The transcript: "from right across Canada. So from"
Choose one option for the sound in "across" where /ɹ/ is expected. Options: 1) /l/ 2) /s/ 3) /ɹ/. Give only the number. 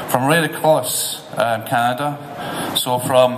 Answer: 1